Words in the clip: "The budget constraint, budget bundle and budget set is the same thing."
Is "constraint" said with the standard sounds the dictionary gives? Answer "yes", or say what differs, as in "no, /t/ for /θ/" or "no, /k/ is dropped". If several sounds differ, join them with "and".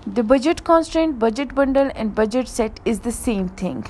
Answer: yes